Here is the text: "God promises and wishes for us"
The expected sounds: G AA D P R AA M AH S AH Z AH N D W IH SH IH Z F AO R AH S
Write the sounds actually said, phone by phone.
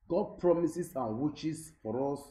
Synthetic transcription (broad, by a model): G AA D P R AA M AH S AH S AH N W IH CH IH S F AO R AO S